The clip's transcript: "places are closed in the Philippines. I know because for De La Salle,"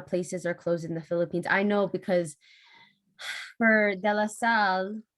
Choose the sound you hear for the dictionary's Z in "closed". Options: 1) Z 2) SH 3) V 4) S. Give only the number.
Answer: 1